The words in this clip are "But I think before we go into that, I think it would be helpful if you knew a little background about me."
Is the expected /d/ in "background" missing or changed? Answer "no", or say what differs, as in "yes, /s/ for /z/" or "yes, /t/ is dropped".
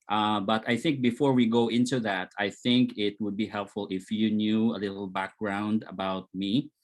no